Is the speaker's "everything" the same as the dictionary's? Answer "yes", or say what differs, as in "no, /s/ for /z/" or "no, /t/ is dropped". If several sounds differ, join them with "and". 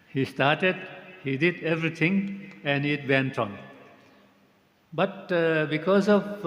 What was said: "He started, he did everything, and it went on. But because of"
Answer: no, /t/ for /θ/